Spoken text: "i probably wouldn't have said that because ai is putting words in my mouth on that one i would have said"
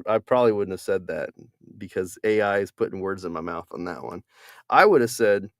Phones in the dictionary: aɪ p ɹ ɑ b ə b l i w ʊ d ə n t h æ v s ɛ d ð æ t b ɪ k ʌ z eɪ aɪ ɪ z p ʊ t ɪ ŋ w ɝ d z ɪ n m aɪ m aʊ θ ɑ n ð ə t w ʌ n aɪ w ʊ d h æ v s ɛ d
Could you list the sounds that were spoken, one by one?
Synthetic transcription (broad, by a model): aɪ p ɹ ɑ b ə b l i w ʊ d n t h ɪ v s ɛ d ð æ t b ɪ k ʌ z eɪ aɪ ɪ z p ʊ t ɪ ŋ w ɝ d z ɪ n m aɪ m aʊ θ n ð ə t w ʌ n aɪ w ʊ d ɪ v s ɛ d